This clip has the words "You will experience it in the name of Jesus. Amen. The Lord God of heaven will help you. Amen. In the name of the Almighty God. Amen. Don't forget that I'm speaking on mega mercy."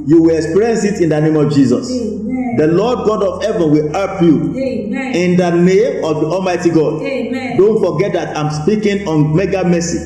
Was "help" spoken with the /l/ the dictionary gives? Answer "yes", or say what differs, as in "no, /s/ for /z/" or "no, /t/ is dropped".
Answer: no, /l/ is dropped